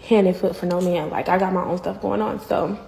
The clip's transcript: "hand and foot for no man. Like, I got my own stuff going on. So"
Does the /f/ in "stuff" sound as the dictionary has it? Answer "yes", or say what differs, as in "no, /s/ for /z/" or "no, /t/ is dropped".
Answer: yes